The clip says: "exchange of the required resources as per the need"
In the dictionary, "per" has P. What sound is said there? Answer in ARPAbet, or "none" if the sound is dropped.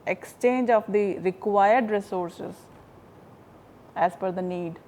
F